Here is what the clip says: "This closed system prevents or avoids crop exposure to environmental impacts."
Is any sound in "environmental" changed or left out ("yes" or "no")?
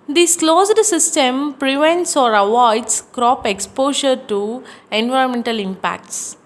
no